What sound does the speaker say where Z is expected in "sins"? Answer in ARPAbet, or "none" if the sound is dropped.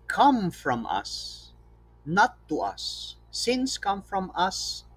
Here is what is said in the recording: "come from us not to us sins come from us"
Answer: S